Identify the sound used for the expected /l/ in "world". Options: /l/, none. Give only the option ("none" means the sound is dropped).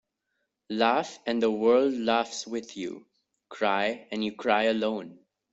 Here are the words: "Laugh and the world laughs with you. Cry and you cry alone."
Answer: /l/